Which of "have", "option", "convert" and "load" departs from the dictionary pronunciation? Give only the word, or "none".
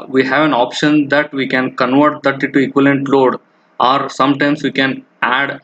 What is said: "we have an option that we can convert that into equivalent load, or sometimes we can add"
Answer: none